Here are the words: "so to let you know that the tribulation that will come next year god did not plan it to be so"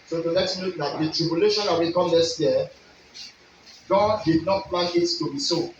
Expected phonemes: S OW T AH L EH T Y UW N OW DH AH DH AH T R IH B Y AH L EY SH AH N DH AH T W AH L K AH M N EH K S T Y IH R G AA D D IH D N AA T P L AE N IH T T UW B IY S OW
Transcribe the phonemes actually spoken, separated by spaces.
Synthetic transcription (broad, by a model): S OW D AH N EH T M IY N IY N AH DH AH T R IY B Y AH L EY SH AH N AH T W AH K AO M N EH K S T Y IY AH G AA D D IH D N AA T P L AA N IH T T UW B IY S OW